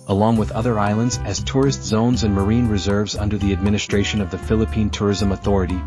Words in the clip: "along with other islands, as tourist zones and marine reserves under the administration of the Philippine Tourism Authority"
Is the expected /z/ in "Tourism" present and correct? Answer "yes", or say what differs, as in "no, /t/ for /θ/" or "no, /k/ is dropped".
yes